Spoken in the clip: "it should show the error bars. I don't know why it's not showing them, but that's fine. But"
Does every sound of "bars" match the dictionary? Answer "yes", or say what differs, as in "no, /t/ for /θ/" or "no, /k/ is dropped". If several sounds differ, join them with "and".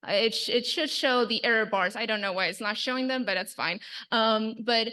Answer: yes